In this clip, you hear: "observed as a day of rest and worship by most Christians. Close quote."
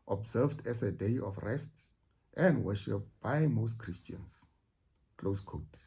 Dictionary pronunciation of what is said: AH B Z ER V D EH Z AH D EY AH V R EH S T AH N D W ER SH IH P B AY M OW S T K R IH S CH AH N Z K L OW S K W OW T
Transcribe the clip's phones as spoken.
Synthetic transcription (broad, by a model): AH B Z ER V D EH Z AH D EY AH F R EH S T AH N D W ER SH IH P B AY M OW S T K R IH S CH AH N S K L OW S K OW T